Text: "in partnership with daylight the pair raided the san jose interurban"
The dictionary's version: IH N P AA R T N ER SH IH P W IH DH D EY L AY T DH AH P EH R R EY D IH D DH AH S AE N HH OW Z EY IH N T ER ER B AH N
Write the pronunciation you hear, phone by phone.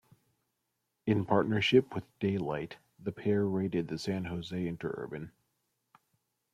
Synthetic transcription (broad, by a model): IH N P AA R T N ER SH IH P W IH DH D EY L AY T DH AH P EH R R EY D IH D DH AH S AE N HH OW Z EY IH N T ER ER B AH N